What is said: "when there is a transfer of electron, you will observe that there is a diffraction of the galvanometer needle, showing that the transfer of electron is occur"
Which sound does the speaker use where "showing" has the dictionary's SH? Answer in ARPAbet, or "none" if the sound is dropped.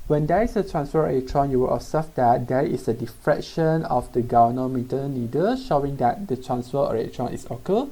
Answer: SH